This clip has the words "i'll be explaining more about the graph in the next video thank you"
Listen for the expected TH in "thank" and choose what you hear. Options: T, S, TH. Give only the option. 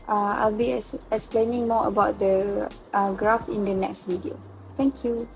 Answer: T